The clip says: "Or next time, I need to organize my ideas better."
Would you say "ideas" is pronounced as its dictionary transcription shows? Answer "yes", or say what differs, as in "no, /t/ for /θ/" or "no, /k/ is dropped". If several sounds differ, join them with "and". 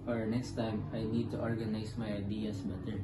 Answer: no, /s/ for /z/